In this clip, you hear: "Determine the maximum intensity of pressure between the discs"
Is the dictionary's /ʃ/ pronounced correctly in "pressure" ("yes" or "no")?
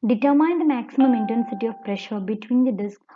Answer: yes